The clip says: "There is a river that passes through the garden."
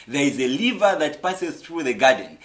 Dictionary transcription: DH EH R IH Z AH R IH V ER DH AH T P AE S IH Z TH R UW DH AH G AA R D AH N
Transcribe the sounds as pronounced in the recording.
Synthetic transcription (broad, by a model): DH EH R IH Z AH L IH V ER DH AH T P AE S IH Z TH R UW DH AH G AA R D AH N